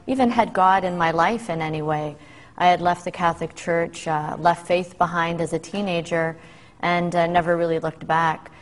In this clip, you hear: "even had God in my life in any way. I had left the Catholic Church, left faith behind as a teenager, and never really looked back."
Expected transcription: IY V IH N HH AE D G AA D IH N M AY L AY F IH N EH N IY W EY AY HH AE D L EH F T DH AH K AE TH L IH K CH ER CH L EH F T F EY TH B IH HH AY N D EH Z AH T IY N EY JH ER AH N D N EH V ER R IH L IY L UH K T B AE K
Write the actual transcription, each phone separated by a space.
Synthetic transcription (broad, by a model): IY V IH N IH D G AA D IH N M AY L AY F IH N EH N IY W EY AY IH D L EH F T DH AH K AE TH L IH K CH ER CH L EH F T F EY TH B IH HH AY N D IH Z AH T IY N EY JH ER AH N N EH V ER R IH L IY L UH K T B AE K